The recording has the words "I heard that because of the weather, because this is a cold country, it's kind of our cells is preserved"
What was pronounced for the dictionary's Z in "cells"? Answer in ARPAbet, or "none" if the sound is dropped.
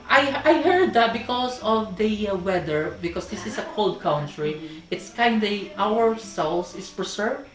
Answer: S